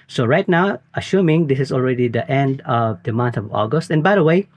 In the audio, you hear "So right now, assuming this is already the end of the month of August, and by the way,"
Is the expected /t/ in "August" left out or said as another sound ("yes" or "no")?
no